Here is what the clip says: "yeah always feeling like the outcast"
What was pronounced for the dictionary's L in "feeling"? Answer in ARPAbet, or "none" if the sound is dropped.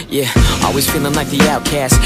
N